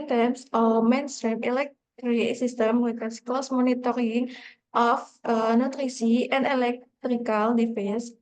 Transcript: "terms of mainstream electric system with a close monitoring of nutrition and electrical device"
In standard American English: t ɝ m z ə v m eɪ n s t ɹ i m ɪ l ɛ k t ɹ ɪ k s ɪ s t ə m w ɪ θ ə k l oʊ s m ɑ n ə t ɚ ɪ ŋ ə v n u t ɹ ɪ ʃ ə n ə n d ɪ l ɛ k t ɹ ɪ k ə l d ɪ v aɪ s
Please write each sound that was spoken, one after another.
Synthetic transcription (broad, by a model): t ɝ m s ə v m eɪ n s t ɹ i m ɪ l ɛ k t ɹ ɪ s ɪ s t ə m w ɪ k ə k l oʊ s m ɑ n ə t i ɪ ŋ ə f n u t ɹ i s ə ə n d ɪ l ɛ k t ɹ ɪ k ə l d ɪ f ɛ s